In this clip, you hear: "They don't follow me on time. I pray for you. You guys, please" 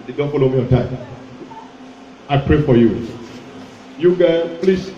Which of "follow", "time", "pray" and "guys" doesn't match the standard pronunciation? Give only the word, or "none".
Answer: guys